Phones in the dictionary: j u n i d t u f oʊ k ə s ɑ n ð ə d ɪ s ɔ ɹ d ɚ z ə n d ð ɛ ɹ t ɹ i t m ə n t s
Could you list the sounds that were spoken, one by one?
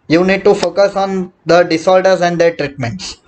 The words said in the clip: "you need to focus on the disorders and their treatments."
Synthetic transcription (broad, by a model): j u n i d t u f oʊ k ə s ɑ n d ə d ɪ s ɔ l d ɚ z ə n d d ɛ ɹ t ɹ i t m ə n t s